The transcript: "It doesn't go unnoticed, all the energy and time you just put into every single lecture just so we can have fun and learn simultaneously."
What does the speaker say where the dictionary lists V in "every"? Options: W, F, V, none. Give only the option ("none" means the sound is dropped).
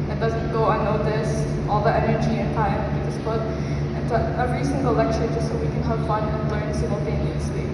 none